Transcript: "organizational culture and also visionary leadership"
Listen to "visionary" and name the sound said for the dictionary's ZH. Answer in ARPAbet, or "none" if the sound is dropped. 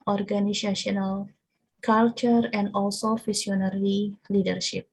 S